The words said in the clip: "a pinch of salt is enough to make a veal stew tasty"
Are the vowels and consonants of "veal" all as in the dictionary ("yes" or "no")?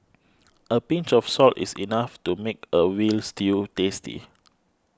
no